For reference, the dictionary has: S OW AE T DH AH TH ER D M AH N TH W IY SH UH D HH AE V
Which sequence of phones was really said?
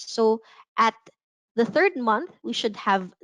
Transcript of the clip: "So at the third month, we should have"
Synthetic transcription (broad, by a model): S OW AE T DH AH TH ER D M AH N TH W IY SH UH D HH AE V